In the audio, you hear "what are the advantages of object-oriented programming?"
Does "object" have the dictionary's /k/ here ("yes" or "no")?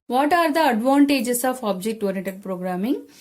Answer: yes